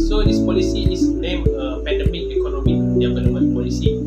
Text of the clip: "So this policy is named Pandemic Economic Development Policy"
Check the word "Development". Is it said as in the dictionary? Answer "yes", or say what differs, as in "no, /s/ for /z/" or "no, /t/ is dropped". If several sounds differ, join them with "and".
no, /p/ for /v/ and /p/ is dropped